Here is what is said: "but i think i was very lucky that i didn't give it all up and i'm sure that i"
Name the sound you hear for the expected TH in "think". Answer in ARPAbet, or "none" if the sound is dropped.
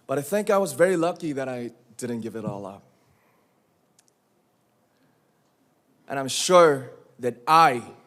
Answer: TH